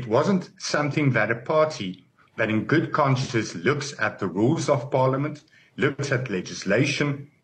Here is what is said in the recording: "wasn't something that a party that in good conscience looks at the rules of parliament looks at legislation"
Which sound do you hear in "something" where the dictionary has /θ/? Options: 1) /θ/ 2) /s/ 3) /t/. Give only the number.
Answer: 1